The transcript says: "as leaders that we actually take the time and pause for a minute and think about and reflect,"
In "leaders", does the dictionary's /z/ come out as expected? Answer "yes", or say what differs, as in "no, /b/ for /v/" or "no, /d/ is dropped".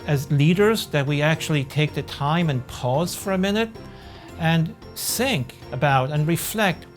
yes